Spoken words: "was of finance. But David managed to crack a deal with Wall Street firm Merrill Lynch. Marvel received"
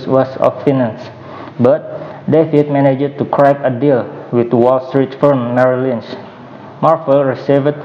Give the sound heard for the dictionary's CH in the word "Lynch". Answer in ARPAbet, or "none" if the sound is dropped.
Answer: S